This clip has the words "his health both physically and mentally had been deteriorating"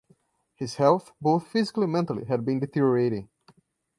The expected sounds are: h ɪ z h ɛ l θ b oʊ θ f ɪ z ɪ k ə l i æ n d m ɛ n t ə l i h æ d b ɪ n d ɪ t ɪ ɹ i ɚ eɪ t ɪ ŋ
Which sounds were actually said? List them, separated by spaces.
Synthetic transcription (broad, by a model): h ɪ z h ɛ l θ b oʊ θ f ɪ z ɪ k ə l i m ɛ n t ə l i h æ d b ɪ n d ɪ t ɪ ɹ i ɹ eɪ t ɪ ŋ